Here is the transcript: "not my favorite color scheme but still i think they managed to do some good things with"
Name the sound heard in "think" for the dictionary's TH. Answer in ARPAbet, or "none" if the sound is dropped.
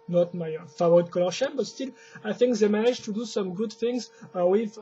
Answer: TH